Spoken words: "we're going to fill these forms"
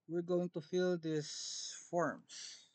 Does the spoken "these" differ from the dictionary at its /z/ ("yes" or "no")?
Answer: yes